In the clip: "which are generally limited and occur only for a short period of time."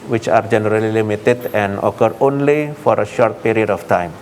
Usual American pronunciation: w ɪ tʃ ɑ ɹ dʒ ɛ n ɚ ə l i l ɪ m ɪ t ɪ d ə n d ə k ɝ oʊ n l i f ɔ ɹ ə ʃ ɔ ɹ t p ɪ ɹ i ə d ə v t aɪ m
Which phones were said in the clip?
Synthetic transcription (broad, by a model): w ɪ tʃ ɑ ɹ dʒ ɛ n ɚ ə l i l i m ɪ t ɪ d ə n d ə k ɝ oʊ n l i f ɔ ɹ ə ʃ ɔ ɹ t p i ɹ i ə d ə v t aɪ m